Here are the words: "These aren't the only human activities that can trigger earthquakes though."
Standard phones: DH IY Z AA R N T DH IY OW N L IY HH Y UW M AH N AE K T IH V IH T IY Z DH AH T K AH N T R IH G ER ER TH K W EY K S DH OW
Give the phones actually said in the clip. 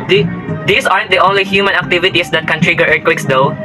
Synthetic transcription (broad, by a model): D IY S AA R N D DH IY OW N L IY HH Y UW M AH N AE K T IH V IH T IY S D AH T K AH N T R IH G ER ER T K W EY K S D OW